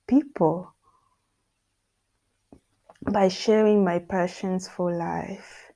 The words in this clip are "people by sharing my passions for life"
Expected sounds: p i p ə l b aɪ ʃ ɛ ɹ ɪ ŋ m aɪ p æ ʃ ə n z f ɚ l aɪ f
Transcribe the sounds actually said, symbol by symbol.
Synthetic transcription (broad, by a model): p i p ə l b aɪ ʃ ɛ ɹ ɪ ŋ m aɪ p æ ʃ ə n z f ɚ l aɪ f